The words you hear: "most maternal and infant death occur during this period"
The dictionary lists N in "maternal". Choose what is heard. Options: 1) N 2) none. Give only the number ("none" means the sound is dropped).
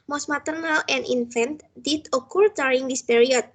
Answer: 1